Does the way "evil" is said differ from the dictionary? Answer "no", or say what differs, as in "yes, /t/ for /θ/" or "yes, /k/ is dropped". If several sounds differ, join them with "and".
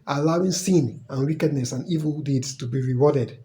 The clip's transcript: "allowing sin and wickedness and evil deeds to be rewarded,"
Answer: no